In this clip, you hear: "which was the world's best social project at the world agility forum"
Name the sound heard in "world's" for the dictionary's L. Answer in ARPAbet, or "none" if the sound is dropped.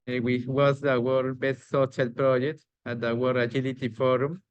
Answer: none